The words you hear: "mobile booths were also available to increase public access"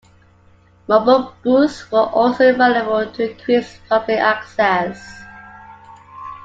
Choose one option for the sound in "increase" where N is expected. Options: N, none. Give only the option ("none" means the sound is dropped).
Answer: none